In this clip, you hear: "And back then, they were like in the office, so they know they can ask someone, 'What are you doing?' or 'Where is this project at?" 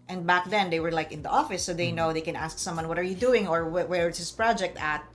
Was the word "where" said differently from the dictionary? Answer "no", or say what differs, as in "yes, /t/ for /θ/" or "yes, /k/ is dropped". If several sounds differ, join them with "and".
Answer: yes, /w/ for /ɹ/